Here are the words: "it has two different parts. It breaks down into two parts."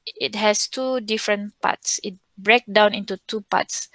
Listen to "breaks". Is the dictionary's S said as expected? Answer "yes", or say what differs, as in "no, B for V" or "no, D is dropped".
no, S is dropped